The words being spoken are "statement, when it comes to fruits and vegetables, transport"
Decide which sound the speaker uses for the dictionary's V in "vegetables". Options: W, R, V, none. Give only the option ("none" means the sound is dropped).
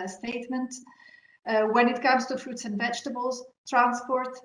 V